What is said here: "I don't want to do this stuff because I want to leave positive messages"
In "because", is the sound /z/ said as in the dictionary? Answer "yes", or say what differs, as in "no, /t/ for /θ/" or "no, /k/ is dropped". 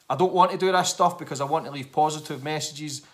yes